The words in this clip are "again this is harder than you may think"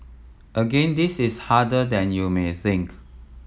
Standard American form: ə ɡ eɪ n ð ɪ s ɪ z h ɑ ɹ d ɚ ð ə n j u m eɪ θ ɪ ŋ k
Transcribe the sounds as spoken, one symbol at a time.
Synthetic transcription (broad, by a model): ə ɡ eɪ n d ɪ s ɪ s h ɑ d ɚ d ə n j u m eɪ θ ɪ ŋ k